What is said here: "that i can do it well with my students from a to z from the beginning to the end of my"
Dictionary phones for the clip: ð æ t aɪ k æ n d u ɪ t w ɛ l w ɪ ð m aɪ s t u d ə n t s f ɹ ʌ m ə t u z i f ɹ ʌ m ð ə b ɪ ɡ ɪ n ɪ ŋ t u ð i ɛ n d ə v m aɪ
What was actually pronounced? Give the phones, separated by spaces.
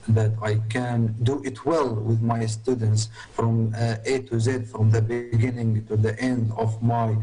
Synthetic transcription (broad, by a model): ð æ t aɪ k æ n d u ɪ t w ɛ l w ɪ ð m aɪ s t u d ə n t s f ɹ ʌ m ə t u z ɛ f ɹ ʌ m ð ə b ɪ ɡ ɪ n ɪ ŋ t u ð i ɛ n d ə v m aɪ